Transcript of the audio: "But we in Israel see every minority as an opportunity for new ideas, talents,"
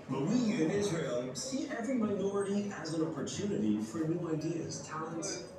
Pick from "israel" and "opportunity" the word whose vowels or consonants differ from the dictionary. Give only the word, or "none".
none